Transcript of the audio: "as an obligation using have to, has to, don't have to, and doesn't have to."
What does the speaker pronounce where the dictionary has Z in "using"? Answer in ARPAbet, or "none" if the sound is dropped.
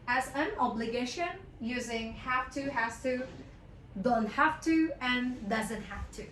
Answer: Z